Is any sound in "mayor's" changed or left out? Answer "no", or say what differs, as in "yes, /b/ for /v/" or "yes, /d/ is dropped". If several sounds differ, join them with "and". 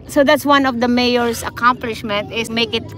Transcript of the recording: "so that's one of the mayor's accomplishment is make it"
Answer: yes, /s/ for /z/